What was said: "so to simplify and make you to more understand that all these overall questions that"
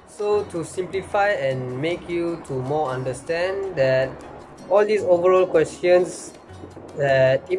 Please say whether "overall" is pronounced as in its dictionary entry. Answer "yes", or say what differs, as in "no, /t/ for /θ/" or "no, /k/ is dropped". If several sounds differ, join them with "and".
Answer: yes